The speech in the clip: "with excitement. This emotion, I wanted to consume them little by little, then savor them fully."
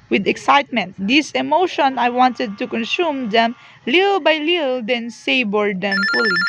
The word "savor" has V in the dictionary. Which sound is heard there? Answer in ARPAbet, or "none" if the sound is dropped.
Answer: B